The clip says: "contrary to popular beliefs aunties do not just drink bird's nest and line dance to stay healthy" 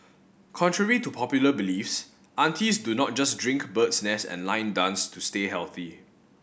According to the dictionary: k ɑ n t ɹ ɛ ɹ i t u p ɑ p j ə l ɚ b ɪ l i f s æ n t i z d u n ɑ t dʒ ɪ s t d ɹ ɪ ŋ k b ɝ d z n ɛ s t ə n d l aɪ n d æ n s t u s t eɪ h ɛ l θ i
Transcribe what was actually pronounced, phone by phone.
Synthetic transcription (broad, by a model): k ɑ n t ɹ ɛ ɹ i t u p ɑ p j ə l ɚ b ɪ l i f s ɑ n t i s d u n ɑ t dʒ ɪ s d ɹ ɪ ŋ k b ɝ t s n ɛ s ə n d l aɪ n d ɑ n s t u s t eɪ h ɛ l θ i